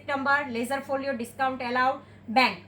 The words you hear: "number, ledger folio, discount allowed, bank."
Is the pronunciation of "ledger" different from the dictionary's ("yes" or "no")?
yes